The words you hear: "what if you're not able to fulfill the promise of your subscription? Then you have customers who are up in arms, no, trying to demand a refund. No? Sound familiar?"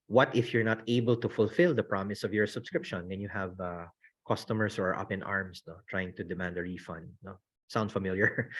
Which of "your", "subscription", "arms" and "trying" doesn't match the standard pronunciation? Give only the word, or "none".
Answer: arms